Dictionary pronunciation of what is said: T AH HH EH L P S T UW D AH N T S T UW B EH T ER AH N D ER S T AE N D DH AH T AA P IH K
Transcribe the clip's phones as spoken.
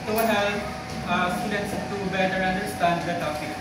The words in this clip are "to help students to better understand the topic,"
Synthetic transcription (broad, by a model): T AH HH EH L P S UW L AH T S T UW B EH T ER AH N D ER S T AE N D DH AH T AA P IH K